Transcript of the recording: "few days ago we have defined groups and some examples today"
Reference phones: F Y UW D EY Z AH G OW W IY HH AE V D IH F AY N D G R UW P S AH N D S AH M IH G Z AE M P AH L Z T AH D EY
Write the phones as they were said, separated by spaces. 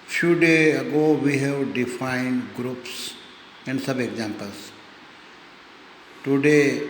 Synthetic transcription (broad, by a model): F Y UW D EY AH G OW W IY HH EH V D IH F AY N D G R UW P S AH N D S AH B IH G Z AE M P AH L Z T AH D EY